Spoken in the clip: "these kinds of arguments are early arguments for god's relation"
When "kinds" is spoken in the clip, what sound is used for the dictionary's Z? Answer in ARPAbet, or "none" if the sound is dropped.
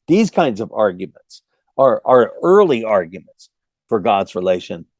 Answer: Z